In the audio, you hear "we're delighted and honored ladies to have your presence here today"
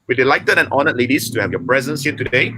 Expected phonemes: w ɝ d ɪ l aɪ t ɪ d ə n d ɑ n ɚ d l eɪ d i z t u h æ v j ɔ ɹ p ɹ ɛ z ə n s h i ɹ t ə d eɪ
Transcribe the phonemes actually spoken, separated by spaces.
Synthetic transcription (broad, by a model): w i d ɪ l aɪ t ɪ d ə n ɑ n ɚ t l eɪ d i s t u h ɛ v j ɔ p ɹ ɛ z ə n s h i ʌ t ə d eɪ